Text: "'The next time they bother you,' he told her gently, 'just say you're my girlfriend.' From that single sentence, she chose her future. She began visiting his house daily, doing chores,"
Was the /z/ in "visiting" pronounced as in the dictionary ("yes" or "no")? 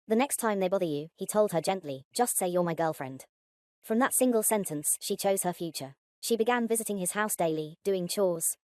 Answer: yes